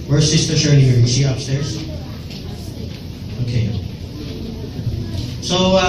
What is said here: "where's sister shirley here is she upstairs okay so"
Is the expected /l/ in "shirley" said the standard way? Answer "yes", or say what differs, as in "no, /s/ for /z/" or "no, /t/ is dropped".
no, /n/ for /l/